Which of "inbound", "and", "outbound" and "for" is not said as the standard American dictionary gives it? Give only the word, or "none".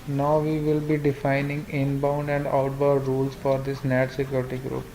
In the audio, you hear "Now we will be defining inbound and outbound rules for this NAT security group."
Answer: outbound